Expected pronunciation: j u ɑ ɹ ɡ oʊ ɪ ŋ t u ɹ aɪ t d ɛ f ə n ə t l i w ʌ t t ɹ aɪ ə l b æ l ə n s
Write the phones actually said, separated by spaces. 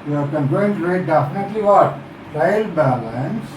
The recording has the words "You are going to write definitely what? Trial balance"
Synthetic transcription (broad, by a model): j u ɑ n ɡ oʊ ɪ ŋ t u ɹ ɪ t d ɛ f ə n ə t l i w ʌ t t aɪ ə l b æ l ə n s